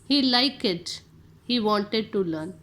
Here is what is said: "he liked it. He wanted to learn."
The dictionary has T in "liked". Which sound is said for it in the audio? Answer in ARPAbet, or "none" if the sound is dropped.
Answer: none